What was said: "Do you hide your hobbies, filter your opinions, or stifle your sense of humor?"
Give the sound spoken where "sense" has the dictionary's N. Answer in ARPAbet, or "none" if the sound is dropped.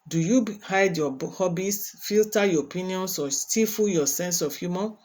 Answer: N